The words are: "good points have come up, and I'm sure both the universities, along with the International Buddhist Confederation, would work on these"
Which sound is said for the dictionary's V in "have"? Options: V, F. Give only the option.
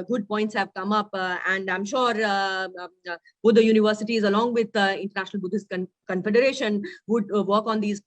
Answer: V